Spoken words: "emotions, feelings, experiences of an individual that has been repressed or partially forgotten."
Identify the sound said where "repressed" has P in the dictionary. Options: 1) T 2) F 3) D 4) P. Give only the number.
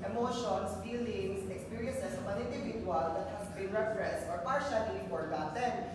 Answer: 2